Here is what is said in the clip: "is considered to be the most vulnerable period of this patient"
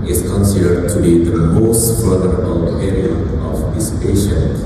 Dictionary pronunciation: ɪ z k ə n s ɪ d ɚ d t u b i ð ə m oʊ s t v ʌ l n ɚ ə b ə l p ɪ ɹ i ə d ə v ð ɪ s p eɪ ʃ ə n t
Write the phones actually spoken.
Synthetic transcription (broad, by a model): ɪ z k ə n s ɪ d ɚ d t u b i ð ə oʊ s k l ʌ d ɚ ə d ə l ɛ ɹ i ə ə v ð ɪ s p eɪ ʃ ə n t